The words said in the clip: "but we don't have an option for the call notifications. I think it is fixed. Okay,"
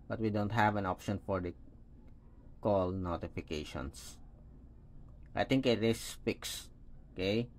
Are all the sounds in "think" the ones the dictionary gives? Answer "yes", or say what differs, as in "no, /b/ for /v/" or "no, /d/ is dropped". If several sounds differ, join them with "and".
no, /t/ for /θ/